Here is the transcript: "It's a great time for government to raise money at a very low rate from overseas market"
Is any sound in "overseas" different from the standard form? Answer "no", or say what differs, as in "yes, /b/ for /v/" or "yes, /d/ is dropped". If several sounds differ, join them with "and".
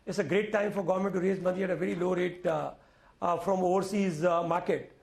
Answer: no